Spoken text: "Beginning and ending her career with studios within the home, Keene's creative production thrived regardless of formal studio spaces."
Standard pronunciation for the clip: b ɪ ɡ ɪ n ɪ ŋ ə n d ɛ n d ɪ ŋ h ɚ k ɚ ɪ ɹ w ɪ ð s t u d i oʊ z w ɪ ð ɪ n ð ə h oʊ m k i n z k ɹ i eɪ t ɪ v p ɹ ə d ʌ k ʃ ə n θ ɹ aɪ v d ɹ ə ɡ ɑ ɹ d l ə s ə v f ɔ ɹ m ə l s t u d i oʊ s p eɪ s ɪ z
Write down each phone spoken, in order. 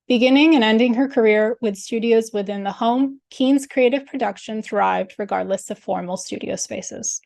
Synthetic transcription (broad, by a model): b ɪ ɡ ɪ n ɪ ŋ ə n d ɛ n d ɪ ŋ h ɚ k ɚ ɪ ɹ w ɪ ð s t u d i oʊ z w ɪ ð ɪ n ð ə h oʊ m k i n z k ɹ i eɪ t ɪ v p ɹ ə d ʌ k ʃ ə n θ ɹ aɪ v d ɹ ə ɡ ɑ ɹ d l ə s ə v f ɔ ɹ m l s t u d i oʊ s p eɪ s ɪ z